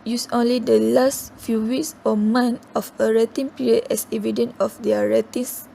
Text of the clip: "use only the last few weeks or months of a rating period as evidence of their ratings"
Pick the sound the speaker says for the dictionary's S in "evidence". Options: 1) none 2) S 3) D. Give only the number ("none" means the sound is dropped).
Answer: 1